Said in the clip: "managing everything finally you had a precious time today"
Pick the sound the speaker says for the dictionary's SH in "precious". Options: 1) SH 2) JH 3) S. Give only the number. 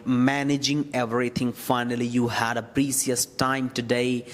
3